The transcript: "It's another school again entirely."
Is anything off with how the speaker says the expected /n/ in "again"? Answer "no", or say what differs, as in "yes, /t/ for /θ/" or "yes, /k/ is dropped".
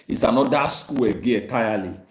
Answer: yes, /n/ is dropped